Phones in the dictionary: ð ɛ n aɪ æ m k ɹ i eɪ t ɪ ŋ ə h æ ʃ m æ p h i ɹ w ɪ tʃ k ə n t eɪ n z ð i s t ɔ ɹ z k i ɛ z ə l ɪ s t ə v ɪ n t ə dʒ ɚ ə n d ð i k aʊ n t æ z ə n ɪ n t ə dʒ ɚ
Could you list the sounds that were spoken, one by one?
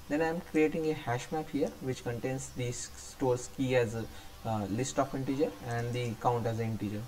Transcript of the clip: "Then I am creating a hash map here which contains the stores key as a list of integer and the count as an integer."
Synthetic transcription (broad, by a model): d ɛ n aɪ m k ɹ i eɪ t ɪ ŋ ə h æ ʃ m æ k h i ɹ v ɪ tʃ k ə n t eɪ n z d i s t ɔ ɹ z k i ɛ z ə l ɪ s t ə f ɪ n t ə dʒ ɚ ə n d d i k aʊ n t æ z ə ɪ n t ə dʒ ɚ